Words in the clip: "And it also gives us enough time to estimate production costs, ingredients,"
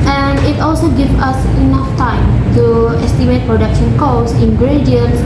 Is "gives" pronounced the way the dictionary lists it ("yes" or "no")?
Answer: no